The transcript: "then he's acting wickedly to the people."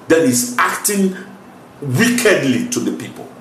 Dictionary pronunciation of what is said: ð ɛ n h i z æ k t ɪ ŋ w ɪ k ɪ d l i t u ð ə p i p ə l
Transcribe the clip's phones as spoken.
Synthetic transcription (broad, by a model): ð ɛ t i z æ k t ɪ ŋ w ɪ k ɪ d l i t u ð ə p i p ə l